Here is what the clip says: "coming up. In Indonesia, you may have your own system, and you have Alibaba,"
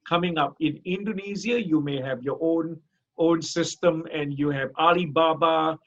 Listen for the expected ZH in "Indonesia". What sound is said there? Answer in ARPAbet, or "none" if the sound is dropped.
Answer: Z